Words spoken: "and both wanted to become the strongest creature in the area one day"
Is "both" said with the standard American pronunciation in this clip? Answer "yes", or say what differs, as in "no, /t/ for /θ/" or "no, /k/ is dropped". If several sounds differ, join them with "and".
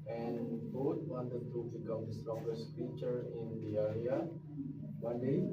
no, /t/ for /θ/